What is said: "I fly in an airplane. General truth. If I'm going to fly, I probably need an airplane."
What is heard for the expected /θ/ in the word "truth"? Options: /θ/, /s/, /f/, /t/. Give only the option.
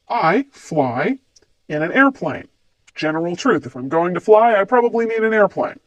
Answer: /θ/